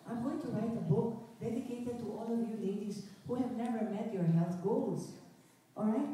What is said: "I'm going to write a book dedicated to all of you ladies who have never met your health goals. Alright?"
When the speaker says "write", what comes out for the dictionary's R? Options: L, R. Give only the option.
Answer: R